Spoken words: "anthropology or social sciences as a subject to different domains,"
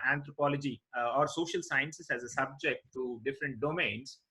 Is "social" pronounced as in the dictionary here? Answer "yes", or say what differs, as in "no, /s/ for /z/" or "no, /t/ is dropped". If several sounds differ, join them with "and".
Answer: yes